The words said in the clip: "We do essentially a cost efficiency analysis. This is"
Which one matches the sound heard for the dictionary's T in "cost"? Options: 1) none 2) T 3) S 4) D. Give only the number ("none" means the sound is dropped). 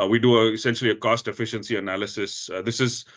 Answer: 2